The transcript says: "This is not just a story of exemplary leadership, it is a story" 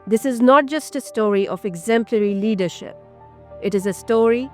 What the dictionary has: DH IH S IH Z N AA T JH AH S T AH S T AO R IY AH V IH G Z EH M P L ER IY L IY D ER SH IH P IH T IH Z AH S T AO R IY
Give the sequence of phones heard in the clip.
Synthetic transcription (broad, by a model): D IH S IH Z N AA T JH AH S T AH S T AO R IY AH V IH G Z EH M P L ER IY L IY D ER SH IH P IH T IH Z AH S T AO R IY